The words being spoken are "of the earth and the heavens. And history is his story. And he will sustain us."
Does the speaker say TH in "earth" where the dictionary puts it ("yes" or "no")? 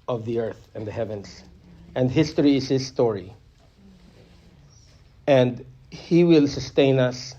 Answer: yes